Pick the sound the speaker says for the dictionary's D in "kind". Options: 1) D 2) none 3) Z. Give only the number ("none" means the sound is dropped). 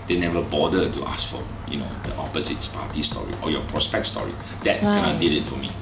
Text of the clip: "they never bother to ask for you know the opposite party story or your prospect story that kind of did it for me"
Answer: 2